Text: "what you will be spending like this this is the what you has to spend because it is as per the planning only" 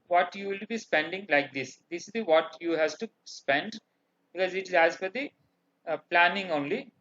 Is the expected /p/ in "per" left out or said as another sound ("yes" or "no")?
yes